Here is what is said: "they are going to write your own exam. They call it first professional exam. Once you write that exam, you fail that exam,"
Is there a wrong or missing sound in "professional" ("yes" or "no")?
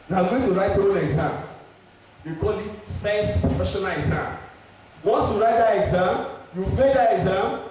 yes